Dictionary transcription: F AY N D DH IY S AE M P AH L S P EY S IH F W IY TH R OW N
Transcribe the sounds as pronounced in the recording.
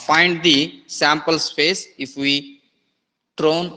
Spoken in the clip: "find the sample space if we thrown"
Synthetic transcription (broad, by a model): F AY N D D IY S AE M P AH L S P EY S IH F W IY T R OW N